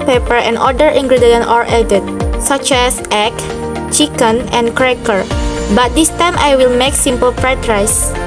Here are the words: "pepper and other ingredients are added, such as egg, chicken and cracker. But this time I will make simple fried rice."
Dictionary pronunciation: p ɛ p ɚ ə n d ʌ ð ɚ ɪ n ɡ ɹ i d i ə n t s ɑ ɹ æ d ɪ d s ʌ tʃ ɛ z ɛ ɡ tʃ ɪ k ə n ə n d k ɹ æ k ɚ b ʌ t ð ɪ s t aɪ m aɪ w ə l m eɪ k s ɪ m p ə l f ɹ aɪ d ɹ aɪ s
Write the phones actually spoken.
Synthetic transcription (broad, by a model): p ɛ p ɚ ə n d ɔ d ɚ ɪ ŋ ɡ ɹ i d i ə n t ɑ ɹ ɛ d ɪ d s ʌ tʃ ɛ s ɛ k tʃ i k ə n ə n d k ɹ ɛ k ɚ b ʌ t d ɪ s t aɪ m aɪ w ə l m eɪ k s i m p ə l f ɹ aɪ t ɹ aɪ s